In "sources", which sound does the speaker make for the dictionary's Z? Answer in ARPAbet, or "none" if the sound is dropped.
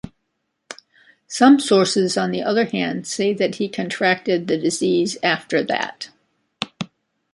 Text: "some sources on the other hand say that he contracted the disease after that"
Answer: Z